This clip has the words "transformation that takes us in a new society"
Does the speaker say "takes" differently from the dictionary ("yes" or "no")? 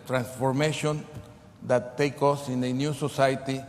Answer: yes